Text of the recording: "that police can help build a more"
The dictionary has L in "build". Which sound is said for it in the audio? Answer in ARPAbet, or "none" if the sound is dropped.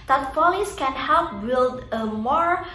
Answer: none